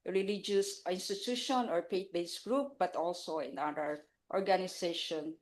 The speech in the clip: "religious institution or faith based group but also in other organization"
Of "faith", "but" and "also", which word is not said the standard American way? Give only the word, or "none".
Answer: faith